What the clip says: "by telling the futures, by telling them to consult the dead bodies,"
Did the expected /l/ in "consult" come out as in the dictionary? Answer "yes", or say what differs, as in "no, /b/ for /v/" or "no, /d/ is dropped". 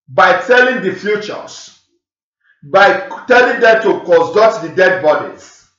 no, /l/ is dropped